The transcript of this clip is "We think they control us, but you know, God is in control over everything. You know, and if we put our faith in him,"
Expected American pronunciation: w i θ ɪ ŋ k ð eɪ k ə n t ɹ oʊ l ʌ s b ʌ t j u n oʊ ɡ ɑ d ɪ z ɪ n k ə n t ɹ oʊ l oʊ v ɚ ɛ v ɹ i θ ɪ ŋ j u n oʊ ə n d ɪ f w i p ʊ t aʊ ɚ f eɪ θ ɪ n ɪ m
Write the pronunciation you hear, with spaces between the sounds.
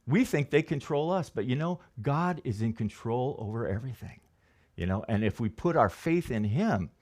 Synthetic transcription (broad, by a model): w i θ ɪ ŋ k ð eɪ k ə n t ɹ oʊ l ʌ s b ʌ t j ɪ n oʊ ɡ ɑ d ɪ z ɪ n k ə n t ɹ oʊ l oʊ v ɚ ɛ v ɹ i θ ɪ ŋ j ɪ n oʊ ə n ɪ f w i p ʊ t aʊ ɚ f eɪ θ ɪ n ɪ m